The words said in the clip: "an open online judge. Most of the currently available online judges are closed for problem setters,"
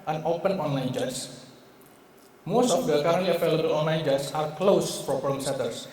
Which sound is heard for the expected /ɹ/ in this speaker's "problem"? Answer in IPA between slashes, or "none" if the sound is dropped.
none